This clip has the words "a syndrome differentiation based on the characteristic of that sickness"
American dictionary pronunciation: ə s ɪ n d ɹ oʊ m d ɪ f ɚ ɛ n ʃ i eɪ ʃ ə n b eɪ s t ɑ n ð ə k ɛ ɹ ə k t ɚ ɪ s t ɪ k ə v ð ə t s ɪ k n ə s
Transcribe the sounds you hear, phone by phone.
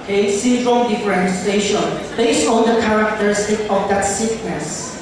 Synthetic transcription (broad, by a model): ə s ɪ d ɹ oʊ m d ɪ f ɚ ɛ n s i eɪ ʃ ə n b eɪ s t ɑ n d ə k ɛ ɹ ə k t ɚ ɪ s t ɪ k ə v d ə t s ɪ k n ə s